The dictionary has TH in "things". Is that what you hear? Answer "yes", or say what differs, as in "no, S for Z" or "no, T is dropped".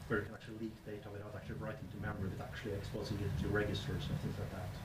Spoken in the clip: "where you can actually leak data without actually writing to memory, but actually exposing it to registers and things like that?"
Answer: yes